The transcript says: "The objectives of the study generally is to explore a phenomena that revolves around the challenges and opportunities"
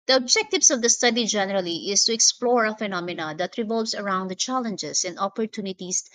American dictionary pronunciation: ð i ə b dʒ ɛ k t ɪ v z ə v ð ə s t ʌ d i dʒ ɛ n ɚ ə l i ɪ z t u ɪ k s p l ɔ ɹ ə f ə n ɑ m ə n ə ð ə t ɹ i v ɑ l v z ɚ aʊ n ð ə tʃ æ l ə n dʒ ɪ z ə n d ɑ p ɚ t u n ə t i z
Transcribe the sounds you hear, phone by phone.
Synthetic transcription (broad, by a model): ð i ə b dʒ ɛ k t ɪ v s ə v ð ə s t ʌ d i dʒ ɛ n ɚ ə l i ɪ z t u ɪ k s p l ɔ ɹ ə f ə n ɑ m ə n ə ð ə t ɹ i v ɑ l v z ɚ aʊ n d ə tʃ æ l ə n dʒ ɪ s ə n d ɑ p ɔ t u n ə t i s